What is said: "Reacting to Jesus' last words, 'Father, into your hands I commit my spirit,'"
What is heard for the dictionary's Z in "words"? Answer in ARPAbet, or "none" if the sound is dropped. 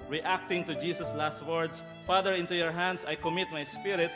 S